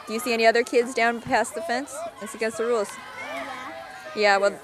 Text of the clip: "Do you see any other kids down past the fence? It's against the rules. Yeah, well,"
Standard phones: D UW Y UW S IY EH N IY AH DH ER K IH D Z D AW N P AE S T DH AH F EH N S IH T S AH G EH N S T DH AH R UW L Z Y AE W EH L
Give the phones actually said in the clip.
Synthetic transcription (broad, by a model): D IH Y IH S IY EH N IY AH DH ER K IH D Z D AW N P AE S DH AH F EH N S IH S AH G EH S DH AH R UW L Z Y AE W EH L